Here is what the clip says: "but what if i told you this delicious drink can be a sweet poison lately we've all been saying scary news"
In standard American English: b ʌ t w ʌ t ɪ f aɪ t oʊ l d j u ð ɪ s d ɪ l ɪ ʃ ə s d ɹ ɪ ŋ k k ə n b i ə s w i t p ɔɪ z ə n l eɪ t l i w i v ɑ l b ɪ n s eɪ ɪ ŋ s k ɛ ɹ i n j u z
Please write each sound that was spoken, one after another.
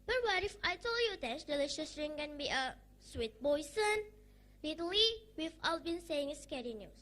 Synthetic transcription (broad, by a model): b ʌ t w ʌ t ɪ f aɪ t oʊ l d j u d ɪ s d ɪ l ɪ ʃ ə s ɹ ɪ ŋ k k ə n b i ə s w i t b ɔɪ s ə n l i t l i w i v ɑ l b ɪ n s eɪ ɪ ŋ s k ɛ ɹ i n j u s